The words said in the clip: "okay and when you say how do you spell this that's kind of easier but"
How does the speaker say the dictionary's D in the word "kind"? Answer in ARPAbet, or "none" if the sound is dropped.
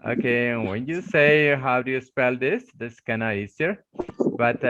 none